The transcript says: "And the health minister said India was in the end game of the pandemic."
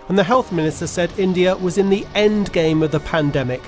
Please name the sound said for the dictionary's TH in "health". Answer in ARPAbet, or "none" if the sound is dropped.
TH